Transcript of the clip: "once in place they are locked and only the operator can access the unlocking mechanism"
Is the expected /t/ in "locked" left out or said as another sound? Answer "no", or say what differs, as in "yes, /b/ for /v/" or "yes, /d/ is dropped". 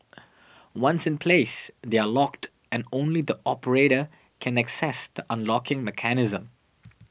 no